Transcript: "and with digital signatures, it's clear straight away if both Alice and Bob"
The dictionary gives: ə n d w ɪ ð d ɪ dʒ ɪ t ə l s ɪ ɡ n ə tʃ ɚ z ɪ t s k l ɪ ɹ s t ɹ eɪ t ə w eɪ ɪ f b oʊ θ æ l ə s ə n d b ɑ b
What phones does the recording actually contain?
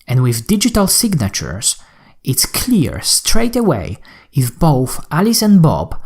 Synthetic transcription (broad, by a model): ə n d w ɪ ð d ɪ dʒ ɪ t ə l s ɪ ɡ n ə tʃ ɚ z ɪ t s k l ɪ ɹ s t ɹ eɪ t ə w eɪ ɪ f b oʊ θ æ l ə s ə n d b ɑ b